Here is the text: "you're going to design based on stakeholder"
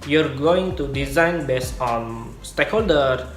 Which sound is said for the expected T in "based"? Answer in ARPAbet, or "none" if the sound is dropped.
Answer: none